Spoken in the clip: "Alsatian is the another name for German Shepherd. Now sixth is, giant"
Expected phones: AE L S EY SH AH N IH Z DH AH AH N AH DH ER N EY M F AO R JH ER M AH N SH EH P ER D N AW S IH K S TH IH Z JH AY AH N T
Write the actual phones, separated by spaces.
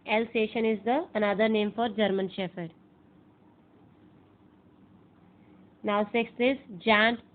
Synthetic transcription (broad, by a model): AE L S EY SH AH N IH Z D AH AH N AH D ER N EY M F AO R JH ER M AH N SH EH F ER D N AW S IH K S T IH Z JH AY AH N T